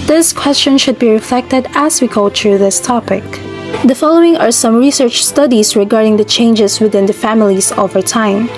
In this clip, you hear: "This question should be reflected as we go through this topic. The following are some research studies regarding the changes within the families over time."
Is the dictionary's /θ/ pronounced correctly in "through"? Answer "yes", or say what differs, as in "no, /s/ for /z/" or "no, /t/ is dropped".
no, /t/ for /θ/